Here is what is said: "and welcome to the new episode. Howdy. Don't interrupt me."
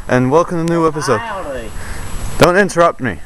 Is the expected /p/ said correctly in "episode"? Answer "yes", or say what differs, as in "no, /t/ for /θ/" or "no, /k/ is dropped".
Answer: yes